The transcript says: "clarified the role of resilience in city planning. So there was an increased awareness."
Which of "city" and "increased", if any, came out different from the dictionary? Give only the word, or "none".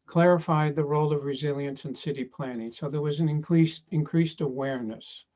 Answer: none